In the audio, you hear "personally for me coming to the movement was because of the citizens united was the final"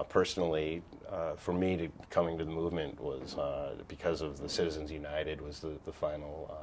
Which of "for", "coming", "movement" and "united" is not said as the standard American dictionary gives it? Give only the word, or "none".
none